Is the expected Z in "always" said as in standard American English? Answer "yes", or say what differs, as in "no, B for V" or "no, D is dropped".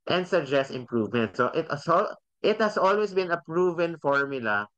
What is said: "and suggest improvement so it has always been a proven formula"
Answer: no, S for Z